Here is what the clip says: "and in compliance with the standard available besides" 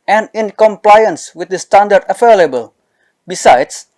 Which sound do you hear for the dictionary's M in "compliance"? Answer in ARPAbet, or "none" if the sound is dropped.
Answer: M